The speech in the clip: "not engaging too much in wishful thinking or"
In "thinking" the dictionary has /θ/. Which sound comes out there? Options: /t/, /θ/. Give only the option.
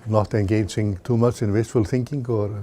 /θ/